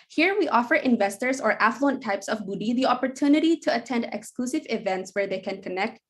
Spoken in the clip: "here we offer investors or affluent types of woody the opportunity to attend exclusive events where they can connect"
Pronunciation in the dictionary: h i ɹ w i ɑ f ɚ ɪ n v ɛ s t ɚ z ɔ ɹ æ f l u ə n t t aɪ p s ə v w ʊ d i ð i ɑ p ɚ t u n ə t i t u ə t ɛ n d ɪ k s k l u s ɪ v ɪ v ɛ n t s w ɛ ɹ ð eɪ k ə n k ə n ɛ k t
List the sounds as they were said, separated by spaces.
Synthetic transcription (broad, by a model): h i ɹ w i ɑ f ɚ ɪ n v ɛ s t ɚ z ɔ ɹ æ f l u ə n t t aɪ p s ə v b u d i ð i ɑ p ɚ t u n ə t i t u ə t ɛ n d ɪ k s k l u s ɪ v ɪ v ɛ n t s w ɛ ɹ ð eɪ k ə n k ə n ɛ k t